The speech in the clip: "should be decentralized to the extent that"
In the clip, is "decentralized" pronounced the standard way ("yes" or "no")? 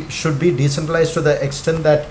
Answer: no